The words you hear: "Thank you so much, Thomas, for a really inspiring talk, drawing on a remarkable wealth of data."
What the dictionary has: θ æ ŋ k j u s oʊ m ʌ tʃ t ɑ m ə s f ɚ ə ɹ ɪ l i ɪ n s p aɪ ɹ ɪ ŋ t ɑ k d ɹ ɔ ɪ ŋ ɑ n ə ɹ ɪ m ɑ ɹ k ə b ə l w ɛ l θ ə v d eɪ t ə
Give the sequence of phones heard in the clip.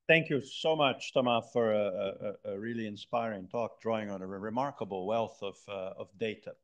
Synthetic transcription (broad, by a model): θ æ ŋ k j u s oʊ m ʌ tʃ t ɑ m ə f ɚ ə ɹ ɪ l i ɪ n s p aɪ ɹ ɪ ŋ t ɑ k d ɹ ɔ ɪ ŋ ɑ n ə ɹ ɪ m ɑ ɹ k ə b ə l w ɛ l θ ə v d eɪ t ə